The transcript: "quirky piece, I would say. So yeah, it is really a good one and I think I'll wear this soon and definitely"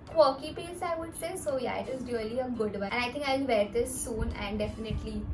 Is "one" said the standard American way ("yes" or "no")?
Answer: no